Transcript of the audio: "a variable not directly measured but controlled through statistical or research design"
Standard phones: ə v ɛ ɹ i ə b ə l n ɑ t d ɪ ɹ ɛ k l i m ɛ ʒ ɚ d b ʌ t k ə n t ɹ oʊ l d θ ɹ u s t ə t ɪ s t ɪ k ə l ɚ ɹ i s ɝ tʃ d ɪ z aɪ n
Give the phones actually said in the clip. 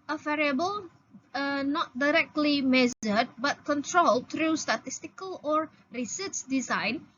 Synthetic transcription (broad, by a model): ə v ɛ ɹ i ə b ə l n ɑ t d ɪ ɹ ɛ k l i m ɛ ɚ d b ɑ t k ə n t ɹ oʊ l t ɹ u s t ə t ɪ s t ɪ k ə l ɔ ɹ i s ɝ s d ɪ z aɪ n